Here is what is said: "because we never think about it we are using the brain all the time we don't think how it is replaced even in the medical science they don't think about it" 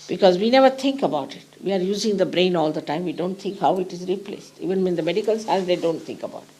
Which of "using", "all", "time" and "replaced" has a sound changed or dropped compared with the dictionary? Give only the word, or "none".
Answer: none